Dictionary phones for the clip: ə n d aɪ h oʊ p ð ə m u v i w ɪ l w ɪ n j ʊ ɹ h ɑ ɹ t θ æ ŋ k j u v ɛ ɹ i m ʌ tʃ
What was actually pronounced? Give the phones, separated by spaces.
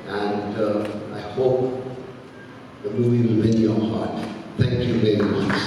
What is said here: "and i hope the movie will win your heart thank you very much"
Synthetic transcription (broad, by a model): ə n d aɪ h oʊ p ð ə m u v i w ɪ l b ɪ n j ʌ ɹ h ɑ ɹ t θ æ ŋ k j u v ɛ ɹ i m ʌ tʃ